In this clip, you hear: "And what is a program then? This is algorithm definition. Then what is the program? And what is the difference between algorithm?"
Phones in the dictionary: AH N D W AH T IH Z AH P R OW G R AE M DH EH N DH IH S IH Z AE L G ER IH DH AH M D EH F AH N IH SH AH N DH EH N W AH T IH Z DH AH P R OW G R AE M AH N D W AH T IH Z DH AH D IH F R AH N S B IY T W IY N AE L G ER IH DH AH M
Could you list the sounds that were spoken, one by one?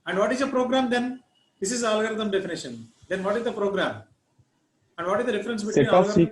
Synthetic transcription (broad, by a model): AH N D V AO T IH Z AH P R OW G R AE M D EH N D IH S IH Z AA L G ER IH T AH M D EH F AH N IH SH AH N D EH N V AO T IH Z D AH P R OW G R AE M AH N D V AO T IH Z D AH D IH F R AH N S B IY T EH IY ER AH